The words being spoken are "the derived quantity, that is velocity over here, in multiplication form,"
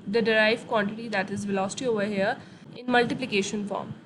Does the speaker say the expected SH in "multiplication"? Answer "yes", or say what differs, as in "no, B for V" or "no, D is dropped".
yes